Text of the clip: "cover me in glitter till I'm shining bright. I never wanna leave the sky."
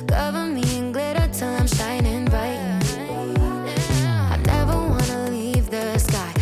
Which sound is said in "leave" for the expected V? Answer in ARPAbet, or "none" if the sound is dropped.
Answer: V